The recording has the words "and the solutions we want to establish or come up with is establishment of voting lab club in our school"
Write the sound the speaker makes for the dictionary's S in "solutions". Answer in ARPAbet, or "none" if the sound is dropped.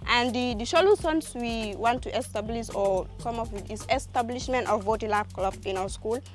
SH